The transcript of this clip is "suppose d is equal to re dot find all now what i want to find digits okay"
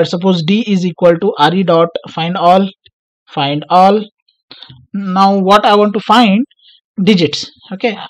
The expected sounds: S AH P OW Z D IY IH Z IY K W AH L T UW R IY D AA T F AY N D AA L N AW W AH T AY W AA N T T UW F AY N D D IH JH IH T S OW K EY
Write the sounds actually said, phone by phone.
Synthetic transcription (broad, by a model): S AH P OW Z D IY IH Z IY K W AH L T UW R IY D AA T F AY N D AA L N AW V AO T AY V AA N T T UW F AY N D D IH JH IH T S OW K EY